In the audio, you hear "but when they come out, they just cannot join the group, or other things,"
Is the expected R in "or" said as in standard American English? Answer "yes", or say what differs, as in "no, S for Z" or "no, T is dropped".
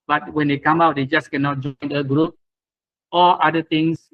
no, L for R